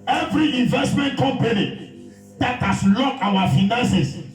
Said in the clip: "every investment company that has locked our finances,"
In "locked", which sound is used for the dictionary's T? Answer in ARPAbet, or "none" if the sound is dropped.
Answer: none